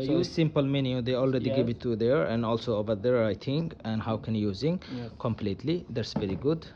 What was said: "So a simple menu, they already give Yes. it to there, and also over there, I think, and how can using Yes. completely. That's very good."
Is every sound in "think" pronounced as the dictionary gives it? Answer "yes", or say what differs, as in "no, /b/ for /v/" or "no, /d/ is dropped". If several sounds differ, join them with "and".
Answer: no, /t/ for /θ/ and /k/ is dropped